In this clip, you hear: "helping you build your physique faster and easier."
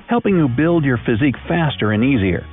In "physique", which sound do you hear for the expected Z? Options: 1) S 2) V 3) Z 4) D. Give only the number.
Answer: 3